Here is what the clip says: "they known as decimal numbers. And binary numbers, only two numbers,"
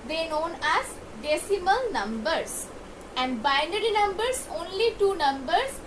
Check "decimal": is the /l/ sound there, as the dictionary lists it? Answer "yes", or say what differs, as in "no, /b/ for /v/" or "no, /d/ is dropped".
yes